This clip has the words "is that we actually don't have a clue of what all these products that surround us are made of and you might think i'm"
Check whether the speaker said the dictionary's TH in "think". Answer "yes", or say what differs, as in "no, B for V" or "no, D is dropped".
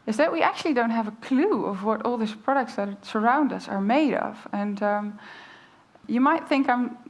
yes